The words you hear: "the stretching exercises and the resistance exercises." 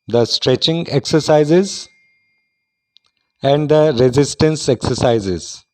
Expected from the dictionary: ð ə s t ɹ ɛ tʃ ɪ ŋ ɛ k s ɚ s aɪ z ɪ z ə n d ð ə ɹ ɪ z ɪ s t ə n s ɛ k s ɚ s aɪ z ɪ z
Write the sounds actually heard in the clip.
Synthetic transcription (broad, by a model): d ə s t ɹ ɛ tʃ ɪ ŋ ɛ k s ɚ s aɪ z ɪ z ə n d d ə ɹ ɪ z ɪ s t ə n s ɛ k s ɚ s aɪ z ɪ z